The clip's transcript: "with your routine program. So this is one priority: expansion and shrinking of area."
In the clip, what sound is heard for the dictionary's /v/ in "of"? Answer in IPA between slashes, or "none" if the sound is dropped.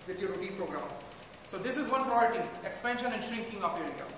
/p/